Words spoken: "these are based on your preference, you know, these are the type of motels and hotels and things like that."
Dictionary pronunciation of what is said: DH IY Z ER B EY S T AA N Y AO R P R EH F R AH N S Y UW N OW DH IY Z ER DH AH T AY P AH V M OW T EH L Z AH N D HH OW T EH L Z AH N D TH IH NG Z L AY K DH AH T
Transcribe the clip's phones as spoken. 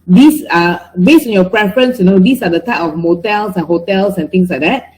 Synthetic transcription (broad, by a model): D IY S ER B EY S T AA N Y AO P R EH F R AH N S Y UW N OW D IY S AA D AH T AY P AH F M OW T EH L S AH N HH OW T EH L S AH N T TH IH NG S L AY K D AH T